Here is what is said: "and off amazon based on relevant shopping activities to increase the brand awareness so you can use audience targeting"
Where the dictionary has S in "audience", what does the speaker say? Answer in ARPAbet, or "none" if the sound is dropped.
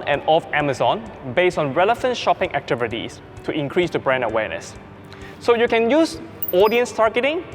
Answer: S